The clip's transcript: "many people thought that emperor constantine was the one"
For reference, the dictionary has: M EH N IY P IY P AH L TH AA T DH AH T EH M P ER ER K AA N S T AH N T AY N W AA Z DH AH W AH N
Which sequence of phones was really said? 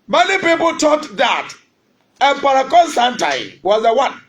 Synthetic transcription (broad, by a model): M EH N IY P IY P AH L T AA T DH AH T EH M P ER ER K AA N S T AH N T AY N W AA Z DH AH W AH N